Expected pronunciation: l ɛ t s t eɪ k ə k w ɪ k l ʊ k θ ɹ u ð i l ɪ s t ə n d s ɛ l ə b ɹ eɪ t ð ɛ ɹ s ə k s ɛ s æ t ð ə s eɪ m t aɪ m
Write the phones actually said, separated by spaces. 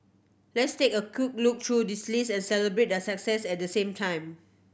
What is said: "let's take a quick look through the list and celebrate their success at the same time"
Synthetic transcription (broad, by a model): l ɛ t s t eɪ k ə k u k l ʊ k t ɹ u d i l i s ə n s ɛ l ə b ɹ eɪ t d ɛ s ə k s ɛ s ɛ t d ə s eɪ m t aɪ m